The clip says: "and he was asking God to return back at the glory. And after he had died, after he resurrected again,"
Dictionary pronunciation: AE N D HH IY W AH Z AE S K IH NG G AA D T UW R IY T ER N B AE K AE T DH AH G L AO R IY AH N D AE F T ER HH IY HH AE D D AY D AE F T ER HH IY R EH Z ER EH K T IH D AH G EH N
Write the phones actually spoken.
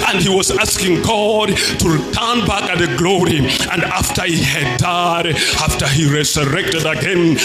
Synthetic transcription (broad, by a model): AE N D HH IY W AH Z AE S K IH NG G AA D T UW R IY T ER N B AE K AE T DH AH G L AO R IY AH N D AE F T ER HH IY HH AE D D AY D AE F T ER HH IY R EH Z ER EH K T IH D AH G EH N